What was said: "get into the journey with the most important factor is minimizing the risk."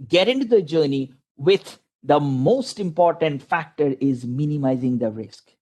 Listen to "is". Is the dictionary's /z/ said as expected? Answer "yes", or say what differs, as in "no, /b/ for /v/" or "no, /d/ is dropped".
yes